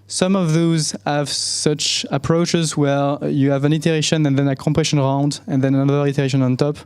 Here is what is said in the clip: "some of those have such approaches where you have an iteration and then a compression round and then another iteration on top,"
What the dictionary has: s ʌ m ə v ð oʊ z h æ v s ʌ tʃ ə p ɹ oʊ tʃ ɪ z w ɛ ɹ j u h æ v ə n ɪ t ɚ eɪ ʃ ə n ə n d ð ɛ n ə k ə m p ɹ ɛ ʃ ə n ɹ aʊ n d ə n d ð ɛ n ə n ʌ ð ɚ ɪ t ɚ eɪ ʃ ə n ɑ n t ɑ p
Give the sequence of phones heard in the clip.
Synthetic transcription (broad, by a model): s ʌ m ə v ð oʊ z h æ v s ʌ tʃ ə p ɹ oʊ tʃ ɪ z w ɛ ɹ j u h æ v ə n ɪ t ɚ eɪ ʃ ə n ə n ð ɛ n ə k ə m p ɹ ɛ ʃ ə n ɹ aʊ n d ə n ð ɛ n ə n ʌ ð ɚ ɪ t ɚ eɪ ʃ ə n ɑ n t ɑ p